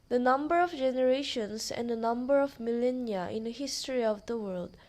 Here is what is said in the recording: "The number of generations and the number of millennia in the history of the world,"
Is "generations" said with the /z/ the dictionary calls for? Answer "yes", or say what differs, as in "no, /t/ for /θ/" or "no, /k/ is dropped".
no, /s/ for /z/